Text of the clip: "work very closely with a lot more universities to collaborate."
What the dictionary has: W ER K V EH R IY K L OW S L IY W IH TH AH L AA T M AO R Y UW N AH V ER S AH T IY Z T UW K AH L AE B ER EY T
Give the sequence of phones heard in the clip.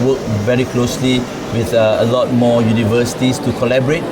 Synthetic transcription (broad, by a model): W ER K V EH R IY K L OW S L IY W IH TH AH L AA T M AO Y UW N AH V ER S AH T IY S T UW K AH L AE B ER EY T